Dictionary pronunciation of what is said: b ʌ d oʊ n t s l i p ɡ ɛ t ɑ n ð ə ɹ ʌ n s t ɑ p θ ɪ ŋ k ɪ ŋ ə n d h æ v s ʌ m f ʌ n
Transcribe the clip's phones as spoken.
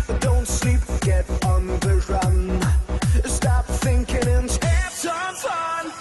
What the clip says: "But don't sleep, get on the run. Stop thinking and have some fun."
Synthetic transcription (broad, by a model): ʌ d oʊ n t s l i p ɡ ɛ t n ð ə ɹ ʌ n s t ɑ p θ ɪ ŋ k ɪ ŋ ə n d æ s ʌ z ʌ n